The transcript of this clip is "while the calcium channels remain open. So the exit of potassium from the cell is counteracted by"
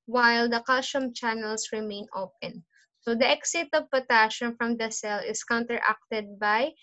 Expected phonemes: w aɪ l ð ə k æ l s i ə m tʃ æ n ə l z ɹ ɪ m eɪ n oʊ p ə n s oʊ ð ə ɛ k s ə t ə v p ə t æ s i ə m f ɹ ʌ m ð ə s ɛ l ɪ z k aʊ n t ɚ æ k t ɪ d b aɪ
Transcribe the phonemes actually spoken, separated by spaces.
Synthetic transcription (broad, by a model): w aɪ l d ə k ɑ l ʃ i m tʃ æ n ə l s ɹ ɪ m eɪ n oʊ p ə n s oʊ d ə ɛ k s ə t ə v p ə t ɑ ʃ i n f ɹ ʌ m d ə s ɛ l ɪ s k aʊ n t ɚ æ k t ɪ d b aɪ